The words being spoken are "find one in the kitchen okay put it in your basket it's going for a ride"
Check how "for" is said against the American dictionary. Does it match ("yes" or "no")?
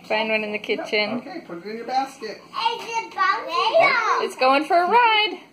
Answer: yes